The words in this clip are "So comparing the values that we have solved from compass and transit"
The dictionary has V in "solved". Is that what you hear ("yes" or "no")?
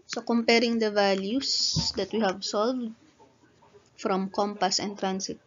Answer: yes